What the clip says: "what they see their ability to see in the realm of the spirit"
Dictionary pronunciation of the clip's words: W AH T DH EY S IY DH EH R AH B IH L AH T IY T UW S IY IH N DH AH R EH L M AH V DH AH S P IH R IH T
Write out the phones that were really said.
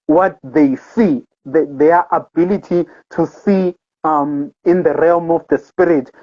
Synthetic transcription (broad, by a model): W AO T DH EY S IY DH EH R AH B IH L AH T IY T UW S IY IH N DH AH R EH L M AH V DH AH S P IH R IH T